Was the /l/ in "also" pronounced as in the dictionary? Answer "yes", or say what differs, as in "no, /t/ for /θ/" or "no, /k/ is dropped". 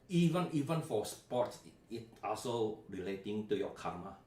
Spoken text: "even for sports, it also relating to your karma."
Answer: yes